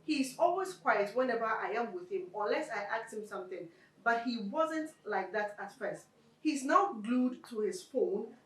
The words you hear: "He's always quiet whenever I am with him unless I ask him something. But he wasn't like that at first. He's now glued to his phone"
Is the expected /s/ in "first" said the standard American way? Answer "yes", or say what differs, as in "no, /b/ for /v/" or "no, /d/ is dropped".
yes